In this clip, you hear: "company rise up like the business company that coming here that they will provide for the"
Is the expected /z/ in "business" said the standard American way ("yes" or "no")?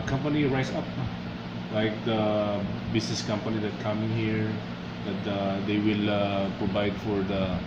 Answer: no